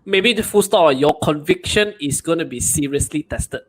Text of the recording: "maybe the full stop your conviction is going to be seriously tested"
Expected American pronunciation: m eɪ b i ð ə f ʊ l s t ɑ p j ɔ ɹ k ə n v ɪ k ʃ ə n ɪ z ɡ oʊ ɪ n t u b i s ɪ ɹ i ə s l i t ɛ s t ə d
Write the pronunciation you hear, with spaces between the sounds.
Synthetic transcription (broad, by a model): m eɪ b i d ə f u s t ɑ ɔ j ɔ k ə n v ɪ k ʃ ə n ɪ s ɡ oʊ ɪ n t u b i s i ɹ i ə s l i t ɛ s t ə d